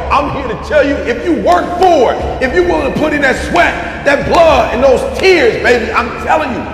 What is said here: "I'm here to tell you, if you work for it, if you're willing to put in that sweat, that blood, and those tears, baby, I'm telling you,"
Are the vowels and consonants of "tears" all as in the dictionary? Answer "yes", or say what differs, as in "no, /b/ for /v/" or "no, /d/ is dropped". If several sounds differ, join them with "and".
yes